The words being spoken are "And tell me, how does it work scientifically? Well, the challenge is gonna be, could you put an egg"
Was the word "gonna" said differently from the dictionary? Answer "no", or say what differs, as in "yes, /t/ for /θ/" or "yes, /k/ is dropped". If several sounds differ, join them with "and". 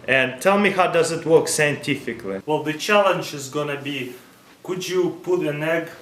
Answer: no